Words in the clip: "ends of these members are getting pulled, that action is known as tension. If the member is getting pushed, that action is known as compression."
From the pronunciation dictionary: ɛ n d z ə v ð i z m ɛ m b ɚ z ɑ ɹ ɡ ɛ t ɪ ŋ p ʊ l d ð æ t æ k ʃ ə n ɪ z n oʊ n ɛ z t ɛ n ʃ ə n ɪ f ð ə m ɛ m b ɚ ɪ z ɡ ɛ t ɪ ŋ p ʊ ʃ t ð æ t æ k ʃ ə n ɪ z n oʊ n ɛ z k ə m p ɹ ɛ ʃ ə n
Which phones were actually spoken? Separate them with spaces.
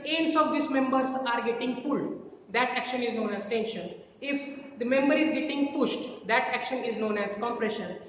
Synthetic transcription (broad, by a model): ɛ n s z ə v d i s m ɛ m b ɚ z ɑ ɹ ɡ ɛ t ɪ ŋ p ʊ l d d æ t æ k ʃ ə n ɪ z n oʊ n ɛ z t ɛ n ʃ ə n ɪ f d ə m ɛ m b ɚ ɪ z ɡ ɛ t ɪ ŋ p ʊ ʃ t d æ t æ k ʃ ə n ɪ z n oʊ n ɛ z k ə m p ɹ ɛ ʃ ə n